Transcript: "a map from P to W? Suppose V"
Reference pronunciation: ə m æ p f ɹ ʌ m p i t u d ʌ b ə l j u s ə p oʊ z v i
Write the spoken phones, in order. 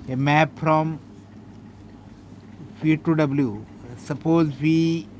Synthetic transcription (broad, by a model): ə m æ p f ɹ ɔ m f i t u d ʌ b ə l j u s ə p oʊ z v i